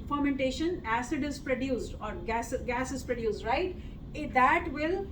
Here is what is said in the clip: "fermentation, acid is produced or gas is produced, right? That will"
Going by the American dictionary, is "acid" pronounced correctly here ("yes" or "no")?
yes